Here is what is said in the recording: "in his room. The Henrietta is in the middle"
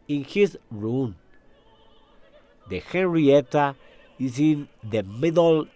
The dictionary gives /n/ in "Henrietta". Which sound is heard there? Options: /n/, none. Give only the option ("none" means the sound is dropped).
/n/